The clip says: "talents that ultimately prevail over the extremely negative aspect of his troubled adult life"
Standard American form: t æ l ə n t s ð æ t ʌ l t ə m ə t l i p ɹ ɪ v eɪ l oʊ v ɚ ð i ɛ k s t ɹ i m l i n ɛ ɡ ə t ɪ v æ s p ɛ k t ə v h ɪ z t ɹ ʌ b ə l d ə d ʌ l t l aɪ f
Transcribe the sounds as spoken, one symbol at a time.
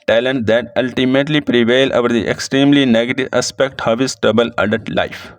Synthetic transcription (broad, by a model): t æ l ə n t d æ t ʌ l t ə m ə t l i p ɹ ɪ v eɪ l oʊ v ɚ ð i ɛ k s t ɹ i m l i n ɛ ɡ ə t ɪ v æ s p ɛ k t ə v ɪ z t ʌ b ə l ə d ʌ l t l aɪ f